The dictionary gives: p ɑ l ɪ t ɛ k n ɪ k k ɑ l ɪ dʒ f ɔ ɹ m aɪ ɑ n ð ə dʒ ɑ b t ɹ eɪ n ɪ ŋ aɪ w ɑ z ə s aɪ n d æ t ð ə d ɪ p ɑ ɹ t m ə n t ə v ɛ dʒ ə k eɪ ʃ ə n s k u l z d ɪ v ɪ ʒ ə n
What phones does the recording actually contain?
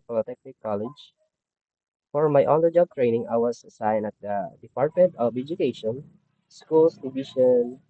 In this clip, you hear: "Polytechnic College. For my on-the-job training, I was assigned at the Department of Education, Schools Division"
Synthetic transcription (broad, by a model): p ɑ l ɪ t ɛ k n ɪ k k ɑ l ɪ dʒ f ɔ ɹ m aɪ ɑ n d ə dʒ ɑ b t ɹ eɪ n ɪ ŋ aɪ w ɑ s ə s aɪ n ʌ t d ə d ɪ p ɑ ɹ t m ə n t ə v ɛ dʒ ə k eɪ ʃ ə n s k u l s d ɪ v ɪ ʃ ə n